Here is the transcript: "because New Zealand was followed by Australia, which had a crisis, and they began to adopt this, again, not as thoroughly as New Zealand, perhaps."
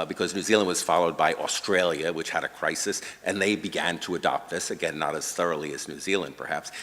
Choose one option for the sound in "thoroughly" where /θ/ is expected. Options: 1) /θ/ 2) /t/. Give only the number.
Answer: 1